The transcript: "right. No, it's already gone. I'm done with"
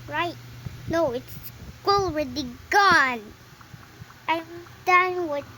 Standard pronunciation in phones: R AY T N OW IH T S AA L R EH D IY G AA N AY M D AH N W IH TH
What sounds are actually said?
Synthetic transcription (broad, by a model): R AY T N OW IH T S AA L W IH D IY G AA N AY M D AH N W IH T